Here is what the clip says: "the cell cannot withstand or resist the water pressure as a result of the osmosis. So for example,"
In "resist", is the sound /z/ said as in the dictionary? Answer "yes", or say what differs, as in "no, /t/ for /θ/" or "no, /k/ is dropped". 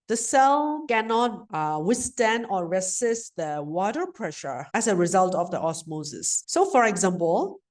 no, /s/ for /z/